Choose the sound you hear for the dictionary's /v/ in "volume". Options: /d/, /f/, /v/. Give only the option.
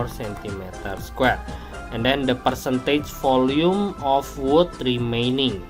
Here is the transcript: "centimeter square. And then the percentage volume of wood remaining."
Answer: /f/